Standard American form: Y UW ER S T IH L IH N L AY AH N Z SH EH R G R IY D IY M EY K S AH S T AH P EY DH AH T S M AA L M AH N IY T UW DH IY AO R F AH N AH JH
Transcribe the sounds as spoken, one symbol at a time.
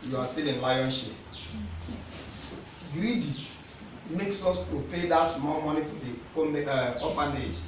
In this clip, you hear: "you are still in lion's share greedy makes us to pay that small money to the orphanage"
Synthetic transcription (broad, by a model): Y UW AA S T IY L IH N L AY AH N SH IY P G R IY D IY M EY K S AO S T AH P EY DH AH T S M AA L M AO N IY T UW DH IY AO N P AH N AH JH